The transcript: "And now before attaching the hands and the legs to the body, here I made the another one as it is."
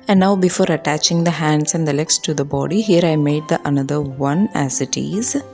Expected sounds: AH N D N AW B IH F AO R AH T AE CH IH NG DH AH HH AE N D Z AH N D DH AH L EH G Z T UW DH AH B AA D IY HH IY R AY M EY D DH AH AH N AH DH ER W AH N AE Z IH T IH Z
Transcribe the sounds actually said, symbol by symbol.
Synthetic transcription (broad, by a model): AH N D N AW B IH F AO R AH T AE CH IH NG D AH HH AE N D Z AH N D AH L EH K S T UW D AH B AA D IY HH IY R AY M EY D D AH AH N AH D ER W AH N AE Z IH T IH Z